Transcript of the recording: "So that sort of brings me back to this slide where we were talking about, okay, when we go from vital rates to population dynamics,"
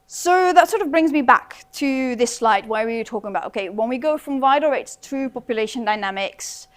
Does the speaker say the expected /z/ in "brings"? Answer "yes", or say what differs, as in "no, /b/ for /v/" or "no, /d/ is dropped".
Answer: yes